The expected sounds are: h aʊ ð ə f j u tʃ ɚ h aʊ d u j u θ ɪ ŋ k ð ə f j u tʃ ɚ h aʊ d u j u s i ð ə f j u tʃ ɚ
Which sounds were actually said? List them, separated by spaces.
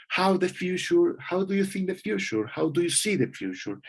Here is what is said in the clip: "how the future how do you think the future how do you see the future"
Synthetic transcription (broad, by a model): h aʊ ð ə f j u tʃ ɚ h aʊ d u j u θ ɪ ŋ k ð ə f j u tʃ ɚ h aʊ d u j u s i ð ə f j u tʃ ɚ